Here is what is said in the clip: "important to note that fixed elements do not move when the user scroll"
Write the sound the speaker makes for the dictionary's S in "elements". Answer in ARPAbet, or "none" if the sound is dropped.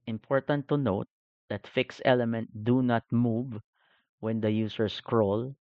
none